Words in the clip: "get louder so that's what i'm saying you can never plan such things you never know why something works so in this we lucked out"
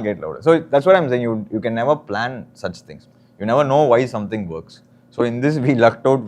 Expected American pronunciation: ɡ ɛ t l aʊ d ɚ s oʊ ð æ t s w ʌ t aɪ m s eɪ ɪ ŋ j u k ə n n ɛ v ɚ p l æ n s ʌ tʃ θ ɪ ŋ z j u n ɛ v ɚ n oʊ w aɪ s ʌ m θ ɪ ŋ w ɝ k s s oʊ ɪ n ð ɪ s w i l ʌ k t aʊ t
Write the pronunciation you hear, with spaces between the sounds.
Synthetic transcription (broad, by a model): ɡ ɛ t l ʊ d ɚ s oʊ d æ t s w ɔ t aɪ m s eɪ ɪ ŋ j u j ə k n ɛ v ɚ p l æ n s ʌ tʃ t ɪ ŋ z j u n ɛ v ɚ n oʊ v aɪ s ʌ m t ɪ ŋ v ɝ k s s oʊ ɪ n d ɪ s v i l ʌ k t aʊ t